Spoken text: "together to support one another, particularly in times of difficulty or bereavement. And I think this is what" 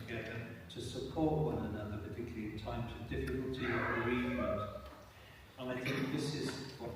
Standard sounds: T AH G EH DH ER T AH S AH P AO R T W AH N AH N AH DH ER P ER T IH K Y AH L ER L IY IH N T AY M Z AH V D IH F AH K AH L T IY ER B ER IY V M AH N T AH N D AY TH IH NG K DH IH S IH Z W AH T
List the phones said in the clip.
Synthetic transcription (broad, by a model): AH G EH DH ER T AH S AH P AO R T W AH N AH N AH DH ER P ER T IH K Y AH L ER L IY IH N T AY M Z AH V D IH F AH K AH L T IY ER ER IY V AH T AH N AY TH IH NG K DH IH S IH Z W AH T